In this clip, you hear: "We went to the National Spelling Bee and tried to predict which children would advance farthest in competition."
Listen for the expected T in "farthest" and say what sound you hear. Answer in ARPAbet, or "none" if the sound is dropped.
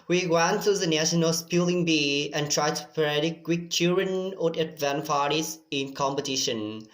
none